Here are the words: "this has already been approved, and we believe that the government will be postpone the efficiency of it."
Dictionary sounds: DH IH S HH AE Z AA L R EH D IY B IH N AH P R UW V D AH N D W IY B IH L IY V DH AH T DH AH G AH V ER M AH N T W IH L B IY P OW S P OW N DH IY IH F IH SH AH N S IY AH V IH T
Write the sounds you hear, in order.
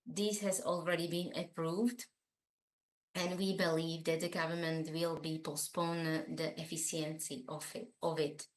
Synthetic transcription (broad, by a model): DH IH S HH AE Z AA L R EH D IY B IH N AH P R UW V D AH N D W IY B IH L IY V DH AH T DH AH G AH V ER M AH N T W IH L B IY P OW S P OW N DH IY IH F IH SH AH N S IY AH V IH T